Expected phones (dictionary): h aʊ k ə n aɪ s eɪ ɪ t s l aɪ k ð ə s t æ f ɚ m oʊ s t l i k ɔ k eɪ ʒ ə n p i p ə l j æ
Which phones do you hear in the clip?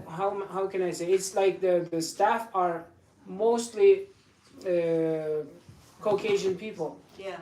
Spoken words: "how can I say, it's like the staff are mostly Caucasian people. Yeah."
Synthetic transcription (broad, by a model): h aʊ k ə n aɪ s eɪ ɪ t s l aɪ k ð ə s t æ f ɚ m oʊ s t l i k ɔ k eɪ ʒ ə n p i p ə l j